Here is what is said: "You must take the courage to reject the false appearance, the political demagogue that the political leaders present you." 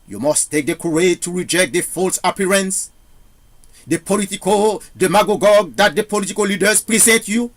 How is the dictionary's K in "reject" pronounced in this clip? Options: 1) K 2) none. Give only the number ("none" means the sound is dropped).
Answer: 1